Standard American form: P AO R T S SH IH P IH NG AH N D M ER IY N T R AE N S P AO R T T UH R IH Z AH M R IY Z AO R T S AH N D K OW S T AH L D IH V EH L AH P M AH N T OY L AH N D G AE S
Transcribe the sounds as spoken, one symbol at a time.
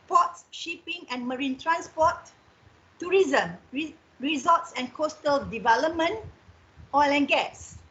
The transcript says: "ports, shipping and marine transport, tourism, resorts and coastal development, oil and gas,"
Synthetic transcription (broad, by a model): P AO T S SH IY P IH NG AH N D M ER IY N T R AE N S P AO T T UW R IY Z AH M R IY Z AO T S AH N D K OW S T AH L D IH V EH L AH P M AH N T OY L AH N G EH S